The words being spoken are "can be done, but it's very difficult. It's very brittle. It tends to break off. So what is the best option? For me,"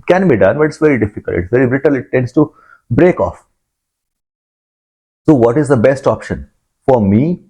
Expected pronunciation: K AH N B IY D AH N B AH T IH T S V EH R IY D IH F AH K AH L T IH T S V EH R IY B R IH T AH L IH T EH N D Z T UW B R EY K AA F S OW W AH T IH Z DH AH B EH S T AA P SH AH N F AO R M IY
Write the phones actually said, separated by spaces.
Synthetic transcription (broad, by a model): K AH N B IY D AH N B AH T IH T S V EH R IY D IH F AH K AH L T IH T S V EH R IY B R IH T AH L IH T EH N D S T UW B R EY K AA F S OW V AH T IH Z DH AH B EH S T AA P SH AH N F AO R M IY